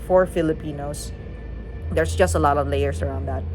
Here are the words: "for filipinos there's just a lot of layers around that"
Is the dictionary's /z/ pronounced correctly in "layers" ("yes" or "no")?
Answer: no